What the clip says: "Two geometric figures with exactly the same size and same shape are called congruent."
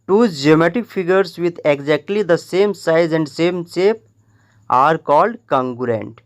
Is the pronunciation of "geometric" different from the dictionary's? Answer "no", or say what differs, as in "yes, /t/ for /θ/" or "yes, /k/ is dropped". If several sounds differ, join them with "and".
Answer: yes, /ɹ/ is dropped